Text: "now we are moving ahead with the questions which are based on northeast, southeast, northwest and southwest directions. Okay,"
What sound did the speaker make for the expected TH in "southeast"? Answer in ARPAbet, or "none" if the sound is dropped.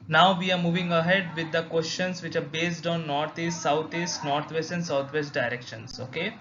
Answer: T